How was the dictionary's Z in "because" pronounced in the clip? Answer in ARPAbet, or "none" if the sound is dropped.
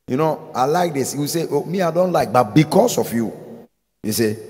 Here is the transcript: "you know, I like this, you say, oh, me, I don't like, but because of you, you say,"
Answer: S